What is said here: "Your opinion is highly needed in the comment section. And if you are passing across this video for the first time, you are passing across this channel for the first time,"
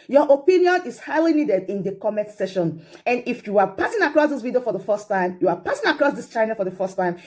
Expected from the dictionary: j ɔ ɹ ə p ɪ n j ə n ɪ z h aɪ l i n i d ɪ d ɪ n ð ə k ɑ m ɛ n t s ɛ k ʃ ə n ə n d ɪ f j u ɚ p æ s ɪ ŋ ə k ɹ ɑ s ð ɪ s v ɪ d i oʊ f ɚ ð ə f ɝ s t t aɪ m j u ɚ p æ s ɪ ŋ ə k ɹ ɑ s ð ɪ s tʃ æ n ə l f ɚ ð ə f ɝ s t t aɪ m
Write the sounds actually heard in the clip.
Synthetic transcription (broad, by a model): j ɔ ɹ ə p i n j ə n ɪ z h aɪ l i n i d ɪ d ɪ n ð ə k ɑ m ɛ n t s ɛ ʃ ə n ə n d ɪ f j u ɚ p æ s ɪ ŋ ə k ɹ ɑ s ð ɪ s v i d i oʊ f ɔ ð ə f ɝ s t t aɪ m j u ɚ p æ s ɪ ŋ ə k ɹ ɑ s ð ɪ s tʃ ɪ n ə f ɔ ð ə f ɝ s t t aɪ m